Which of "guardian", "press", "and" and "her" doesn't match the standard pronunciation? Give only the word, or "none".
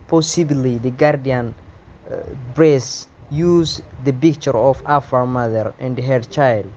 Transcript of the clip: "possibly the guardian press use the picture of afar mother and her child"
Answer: press